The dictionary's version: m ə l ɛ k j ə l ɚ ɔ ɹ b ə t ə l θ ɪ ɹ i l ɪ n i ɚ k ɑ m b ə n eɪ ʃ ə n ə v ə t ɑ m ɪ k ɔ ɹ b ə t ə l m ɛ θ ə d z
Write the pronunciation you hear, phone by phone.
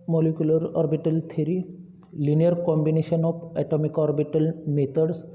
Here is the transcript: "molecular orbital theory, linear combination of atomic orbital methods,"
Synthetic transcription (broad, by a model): m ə l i k j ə l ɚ ɔ ɹ b ə t ə l t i ɹ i l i n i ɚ k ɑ m b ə n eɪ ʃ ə n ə p ə t ɑ m ɪ k ɔ ɹ b ə t ə l m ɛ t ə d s